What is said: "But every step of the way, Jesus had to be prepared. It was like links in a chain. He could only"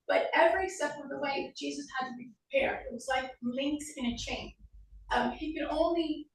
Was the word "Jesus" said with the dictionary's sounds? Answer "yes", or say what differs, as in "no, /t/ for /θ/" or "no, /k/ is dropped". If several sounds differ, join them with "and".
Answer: yes